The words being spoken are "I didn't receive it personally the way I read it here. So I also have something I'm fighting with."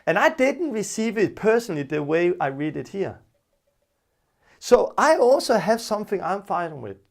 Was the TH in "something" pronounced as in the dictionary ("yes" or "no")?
yes